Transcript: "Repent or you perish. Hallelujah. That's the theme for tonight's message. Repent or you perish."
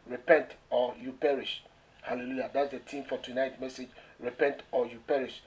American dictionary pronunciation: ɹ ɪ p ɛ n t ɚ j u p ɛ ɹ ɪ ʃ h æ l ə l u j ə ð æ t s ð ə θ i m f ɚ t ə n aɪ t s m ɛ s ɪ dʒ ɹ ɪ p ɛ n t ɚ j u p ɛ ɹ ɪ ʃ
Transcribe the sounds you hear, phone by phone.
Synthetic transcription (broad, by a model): ɹ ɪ p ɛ n t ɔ j u p ɛ ɹ ɪ ʃ h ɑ l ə l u j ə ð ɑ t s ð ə t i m f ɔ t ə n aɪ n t m ɛ s ɪ dʒ ɹ ɪ p ɛ n t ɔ j u p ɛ ɹ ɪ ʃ